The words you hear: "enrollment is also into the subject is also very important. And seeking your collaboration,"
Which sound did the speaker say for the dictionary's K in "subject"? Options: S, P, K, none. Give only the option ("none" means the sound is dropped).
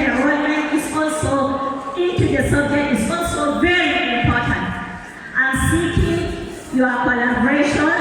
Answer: none